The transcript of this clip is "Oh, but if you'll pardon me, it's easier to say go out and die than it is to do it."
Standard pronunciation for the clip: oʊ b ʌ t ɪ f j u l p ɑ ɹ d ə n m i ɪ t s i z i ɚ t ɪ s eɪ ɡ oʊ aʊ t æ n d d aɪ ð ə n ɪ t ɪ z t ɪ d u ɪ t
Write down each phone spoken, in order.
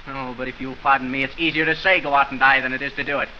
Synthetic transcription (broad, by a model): oʊ b ʌ t ɪ f j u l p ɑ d n m i ɪ t s i z i ɚ t ɪ s eɪ ɡ oʊ aʊ t n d d aɪ ð ə n ɪ t ɪ z t ɪ d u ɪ t